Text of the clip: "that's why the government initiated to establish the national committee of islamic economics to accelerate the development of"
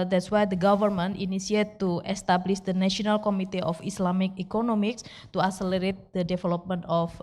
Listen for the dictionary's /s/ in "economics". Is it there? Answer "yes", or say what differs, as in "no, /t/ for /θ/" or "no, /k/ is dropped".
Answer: yes